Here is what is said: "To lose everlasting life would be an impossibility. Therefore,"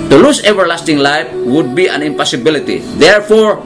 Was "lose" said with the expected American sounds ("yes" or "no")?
no